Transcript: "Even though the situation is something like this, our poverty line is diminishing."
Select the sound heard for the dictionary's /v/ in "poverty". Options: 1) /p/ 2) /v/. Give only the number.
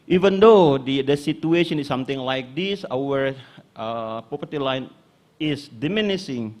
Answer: 1